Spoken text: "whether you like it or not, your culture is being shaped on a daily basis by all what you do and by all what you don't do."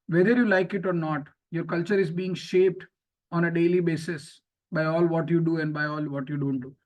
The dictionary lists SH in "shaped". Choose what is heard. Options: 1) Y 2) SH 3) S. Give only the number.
2